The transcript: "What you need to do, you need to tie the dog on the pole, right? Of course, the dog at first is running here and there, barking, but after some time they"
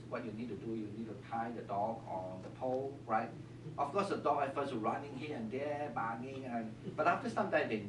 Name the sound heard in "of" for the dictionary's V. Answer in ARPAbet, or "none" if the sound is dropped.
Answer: F